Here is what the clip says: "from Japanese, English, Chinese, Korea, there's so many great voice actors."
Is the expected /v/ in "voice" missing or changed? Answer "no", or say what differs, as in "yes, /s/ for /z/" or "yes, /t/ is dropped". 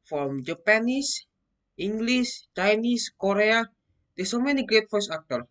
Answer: yes, /f/ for /v/